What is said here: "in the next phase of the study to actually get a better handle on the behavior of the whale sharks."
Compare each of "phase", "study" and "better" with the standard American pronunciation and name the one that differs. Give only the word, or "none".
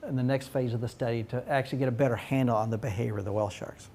none